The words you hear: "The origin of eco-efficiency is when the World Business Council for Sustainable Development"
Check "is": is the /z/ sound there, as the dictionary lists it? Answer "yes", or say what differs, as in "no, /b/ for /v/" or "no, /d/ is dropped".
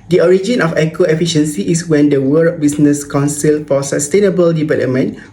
no, /s/ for /z/